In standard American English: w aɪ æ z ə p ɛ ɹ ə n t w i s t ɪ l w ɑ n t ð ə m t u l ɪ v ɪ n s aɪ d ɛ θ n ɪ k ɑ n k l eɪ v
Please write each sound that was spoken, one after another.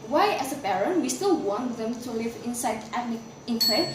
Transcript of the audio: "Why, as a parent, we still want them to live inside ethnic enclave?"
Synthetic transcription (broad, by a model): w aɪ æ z ə b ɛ ɹ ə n w i s t ɪ l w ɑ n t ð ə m t u l ɪ v ɪ n s aɪ d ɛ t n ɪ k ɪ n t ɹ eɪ